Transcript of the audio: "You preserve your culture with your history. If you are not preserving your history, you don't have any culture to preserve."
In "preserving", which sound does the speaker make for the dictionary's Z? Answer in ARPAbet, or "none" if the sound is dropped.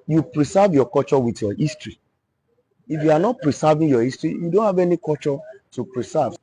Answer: S